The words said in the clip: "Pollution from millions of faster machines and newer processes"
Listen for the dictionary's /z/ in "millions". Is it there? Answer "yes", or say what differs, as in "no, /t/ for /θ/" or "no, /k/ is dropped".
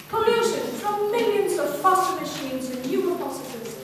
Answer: yes